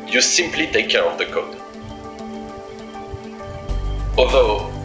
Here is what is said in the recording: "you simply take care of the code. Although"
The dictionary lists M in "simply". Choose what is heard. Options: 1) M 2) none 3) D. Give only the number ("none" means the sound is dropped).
1